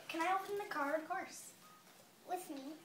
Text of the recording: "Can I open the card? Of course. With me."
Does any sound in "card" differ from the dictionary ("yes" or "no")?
yes